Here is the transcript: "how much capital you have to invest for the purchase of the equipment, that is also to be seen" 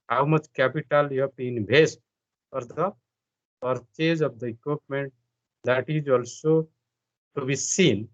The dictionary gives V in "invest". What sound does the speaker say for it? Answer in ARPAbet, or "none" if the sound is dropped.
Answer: B